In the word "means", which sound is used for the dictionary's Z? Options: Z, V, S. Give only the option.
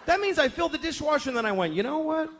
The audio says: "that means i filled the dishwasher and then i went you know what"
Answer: Z